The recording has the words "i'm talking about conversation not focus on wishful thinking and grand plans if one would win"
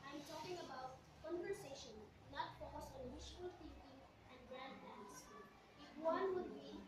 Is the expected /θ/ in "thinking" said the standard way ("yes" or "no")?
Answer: no